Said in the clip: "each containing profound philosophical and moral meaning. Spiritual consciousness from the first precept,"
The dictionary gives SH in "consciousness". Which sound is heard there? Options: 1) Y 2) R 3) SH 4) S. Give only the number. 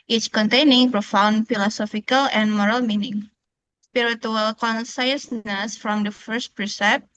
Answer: 4